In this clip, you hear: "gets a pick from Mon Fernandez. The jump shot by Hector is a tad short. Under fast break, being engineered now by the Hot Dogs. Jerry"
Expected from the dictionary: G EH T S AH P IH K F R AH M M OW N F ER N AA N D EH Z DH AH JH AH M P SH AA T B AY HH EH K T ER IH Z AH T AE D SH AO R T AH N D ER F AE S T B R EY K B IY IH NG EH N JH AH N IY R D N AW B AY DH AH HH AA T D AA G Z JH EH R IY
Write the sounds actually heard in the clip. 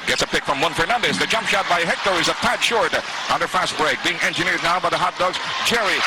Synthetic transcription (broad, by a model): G EH T S AH P IH K F R AH M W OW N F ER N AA N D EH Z DH AH JH AH M P SH AA T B AY HH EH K T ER IH Z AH T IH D SH AO R T AH N D ER F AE S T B R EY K B IY IH NG EH N JH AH N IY R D N AW B AY DH AH HH AA T D AA G Z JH EH R IY